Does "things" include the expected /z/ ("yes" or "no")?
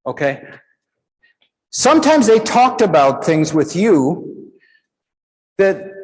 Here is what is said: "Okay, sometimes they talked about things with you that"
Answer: yes